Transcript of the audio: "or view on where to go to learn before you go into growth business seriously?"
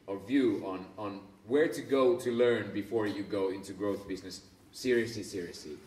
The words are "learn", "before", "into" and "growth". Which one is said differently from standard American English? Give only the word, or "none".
none